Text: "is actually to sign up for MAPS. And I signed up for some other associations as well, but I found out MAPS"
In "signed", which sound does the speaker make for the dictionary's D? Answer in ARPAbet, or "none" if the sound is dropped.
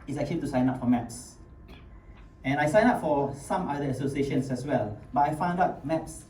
none